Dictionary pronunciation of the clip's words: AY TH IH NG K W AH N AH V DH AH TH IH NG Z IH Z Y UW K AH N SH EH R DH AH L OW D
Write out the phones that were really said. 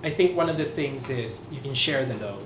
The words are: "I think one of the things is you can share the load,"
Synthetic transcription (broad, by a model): AY TH IH NG K W AH N AH V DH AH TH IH NG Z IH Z Y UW K AH N SH EH R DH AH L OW